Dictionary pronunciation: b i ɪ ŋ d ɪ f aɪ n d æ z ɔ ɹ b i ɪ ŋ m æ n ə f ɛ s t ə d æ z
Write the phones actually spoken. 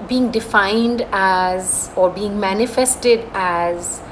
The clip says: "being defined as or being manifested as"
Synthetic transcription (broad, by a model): b i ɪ ŋ d ɪ f aɪ n d æ z ɔ ɹ b i ɪ ŋ m æ n ə f ɛ s t ə d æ z